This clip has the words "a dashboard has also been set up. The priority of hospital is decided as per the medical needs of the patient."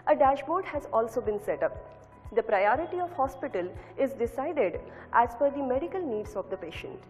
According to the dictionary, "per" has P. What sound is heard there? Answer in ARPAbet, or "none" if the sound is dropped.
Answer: F